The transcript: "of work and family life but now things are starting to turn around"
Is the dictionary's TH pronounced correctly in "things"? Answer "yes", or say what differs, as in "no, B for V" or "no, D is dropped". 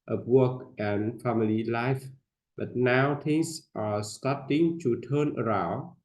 no, T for TH